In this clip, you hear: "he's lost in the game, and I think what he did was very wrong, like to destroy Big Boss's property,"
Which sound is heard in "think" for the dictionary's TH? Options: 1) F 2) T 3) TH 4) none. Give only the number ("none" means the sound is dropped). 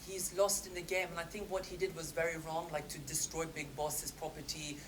3